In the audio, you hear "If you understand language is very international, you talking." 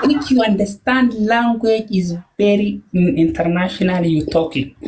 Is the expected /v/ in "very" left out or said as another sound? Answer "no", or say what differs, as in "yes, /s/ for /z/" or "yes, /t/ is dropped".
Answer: yes, /b/ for /v/